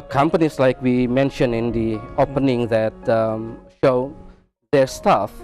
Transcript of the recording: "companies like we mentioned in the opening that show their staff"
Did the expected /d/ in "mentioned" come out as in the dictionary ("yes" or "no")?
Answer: no